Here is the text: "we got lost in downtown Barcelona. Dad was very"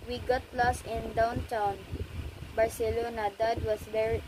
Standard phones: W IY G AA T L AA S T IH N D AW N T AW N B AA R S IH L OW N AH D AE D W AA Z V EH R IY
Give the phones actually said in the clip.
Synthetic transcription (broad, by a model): W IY G AA T L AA S IH N D AW N T AW N B AA R S IH L OW N AH D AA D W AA S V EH R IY